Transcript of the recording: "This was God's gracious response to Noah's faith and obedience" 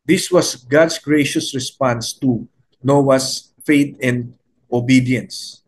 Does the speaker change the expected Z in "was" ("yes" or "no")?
yes